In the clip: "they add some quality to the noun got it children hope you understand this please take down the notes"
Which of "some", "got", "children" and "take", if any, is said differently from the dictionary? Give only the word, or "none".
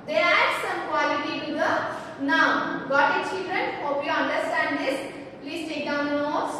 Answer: none